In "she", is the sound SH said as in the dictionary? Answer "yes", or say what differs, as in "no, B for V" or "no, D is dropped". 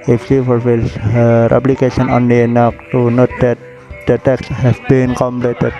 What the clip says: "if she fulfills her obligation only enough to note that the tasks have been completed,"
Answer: no, S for SH